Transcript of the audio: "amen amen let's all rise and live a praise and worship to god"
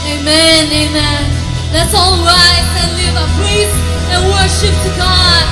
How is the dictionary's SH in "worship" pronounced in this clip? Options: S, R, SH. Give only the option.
SH